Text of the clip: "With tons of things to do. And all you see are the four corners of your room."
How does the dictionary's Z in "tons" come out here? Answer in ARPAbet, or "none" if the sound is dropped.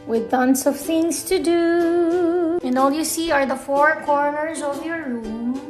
S